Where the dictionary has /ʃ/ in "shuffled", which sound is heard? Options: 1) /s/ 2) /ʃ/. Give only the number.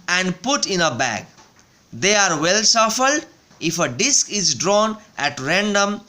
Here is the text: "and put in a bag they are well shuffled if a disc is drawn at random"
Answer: 1